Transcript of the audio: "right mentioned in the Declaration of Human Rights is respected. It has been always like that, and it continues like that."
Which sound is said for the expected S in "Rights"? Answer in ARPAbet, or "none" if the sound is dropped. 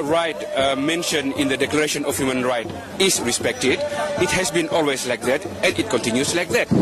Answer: none